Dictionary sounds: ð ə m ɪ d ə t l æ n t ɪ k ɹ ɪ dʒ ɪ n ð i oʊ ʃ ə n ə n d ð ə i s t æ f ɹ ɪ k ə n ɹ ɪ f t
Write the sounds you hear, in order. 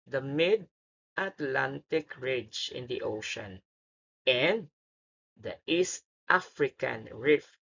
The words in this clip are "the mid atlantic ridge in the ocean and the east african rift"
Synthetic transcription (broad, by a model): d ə m ɪ d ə t l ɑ n t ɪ k ɹ ɪ dʒ ɪ n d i oʊ ʃ ə n ə n d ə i s t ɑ f ɹ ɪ k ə n ɹ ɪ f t